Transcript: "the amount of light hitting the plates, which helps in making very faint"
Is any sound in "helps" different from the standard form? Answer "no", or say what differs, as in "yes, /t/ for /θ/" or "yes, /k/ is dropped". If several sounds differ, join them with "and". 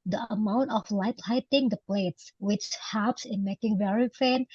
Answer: yes, /l/ is dropped